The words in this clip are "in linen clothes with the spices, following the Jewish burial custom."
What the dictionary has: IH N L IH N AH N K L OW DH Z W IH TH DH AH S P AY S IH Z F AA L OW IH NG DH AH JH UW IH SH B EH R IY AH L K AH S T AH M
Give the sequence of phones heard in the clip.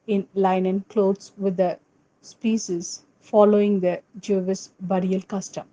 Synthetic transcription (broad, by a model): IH N L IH N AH N K L OW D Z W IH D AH S P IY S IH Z F AA L OW IH NG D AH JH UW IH S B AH R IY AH L K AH S T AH M